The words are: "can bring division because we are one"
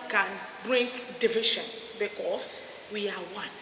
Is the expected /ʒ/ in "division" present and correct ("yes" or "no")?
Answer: no